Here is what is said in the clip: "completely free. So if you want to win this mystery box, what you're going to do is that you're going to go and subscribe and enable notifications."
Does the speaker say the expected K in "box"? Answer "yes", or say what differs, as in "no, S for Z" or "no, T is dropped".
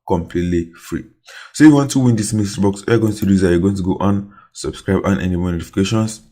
yes